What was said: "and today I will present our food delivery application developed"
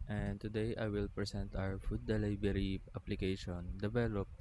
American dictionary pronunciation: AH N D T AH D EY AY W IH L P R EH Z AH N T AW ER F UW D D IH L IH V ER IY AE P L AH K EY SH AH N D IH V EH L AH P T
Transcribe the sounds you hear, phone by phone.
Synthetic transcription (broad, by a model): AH N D T AH D EY AY W IH L P R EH S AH N T AW ER F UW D D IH L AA B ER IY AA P L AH K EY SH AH N D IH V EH L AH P